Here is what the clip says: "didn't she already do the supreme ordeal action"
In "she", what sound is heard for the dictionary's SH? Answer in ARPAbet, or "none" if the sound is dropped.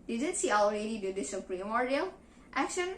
S